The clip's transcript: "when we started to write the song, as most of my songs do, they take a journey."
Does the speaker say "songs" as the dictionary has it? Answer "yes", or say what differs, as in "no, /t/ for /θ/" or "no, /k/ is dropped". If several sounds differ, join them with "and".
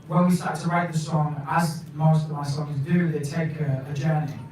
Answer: yes